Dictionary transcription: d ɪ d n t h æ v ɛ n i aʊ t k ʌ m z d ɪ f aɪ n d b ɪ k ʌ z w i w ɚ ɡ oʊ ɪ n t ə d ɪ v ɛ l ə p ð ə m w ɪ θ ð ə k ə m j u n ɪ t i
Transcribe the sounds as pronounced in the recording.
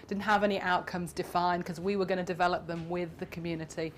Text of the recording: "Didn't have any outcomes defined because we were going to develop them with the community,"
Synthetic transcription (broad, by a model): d ɪ d n t h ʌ v ɛ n i aʊ t k ʌ m z d ɪ f aɪ n k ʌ z w i w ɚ ɡ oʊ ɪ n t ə d ɪ v ɛ l ə p ð ə m w ɪ ð ə k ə m j u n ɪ t i